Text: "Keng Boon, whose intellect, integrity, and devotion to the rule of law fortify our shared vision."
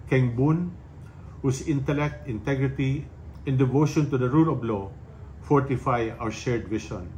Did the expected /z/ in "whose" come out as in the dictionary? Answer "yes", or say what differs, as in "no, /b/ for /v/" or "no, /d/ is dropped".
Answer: no, /s/ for /z/